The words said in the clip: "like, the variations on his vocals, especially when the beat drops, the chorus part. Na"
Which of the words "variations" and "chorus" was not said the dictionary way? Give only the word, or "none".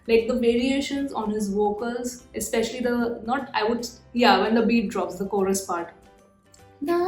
none